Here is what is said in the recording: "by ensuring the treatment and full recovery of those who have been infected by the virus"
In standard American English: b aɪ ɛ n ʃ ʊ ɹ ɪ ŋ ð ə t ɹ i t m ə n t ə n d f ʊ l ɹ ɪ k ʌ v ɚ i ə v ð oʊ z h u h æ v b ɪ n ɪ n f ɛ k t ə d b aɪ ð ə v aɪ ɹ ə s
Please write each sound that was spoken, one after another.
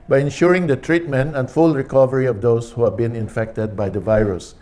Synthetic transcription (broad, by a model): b aɪ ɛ n ʃ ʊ ɹ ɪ ŋ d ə t ɹ i t m ə n t ə n d f ʊ l ɹ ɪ k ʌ v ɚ i ə v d oʊ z h u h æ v b ɪ n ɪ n f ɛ k t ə d b aɪ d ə v aɪ ɹ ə s